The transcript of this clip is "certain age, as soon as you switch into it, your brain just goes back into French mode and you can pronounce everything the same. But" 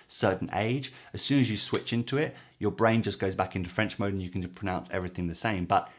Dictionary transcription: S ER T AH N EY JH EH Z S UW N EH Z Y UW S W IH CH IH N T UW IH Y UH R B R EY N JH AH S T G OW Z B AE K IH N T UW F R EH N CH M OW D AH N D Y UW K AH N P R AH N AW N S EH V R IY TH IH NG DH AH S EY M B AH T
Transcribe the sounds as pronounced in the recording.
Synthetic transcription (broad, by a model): S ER T N EY JH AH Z S UW N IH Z Y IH S W IH CH IH N T UW IH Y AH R B R EY N JH AH S G OW Z B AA K IH N T UW F R EH N CH M OW D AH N Y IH K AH N P R AH N AW N S EH V R IY TH IH NG DH AH S EY M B AH T